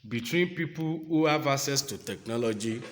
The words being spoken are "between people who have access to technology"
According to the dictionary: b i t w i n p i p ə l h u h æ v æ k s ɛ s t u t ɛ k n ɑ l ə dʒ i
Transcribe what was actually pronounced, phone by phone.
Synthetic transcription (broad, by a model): b i t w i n p i p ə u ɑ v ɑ s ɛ s t u t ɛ k n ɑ l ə dʒ i